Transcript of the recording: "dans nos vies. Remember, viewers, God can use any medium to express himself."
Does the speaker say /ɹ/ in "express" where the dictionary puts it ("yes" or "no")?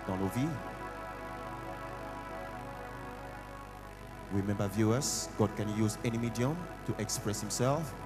yes